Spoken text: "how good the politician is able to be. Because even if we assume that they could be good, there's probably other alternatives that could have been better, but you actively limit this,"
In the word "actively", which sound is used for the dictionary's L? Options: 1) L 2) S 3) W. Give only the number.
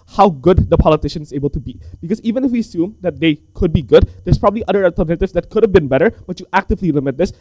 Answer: 1